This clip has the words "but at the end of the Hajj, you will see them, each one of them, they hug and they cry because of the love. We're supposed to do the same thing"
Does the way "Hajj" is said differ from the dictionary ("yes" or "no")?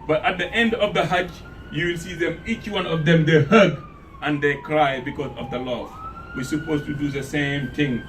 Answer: yes